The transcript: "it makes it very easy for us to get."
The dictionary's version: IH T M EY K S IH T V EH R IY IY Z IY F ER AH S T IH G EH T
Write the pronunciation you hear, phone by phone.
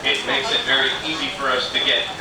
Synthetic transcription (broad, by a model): IH T M EY K S IH T V EH R IY IY Z IY F ER AH S T IH G EH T